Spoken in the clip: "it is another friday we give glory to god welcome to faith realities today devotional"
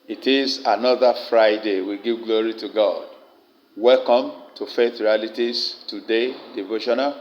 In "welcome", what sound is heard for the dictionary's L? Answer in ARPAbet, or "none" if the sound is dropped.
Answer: L